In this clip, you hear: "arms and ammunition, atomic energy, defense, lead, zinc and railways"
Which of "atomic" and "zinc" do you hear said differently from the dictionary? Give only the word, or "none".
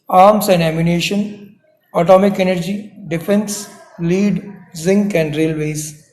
none